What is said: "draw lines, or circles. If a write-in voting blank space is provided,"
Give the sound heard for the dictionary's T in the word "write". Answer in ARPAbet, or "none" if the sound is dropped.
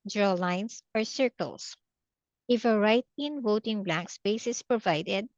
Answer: T